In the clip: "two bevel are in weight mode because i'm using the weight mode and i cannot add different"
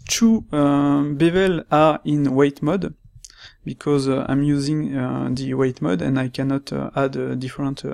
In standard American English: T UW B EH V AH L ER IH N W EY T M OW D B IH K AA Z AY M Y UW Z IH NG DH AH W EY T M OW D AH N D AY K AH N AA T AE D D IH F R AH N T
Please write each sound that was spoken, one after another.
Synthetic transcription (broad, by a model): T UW B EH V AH L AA IH N W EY T M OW D B IH K AA Z AY M Y UW Z IH NG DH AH W EY T M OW D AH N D AY K AH N AA T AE D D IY F R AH N T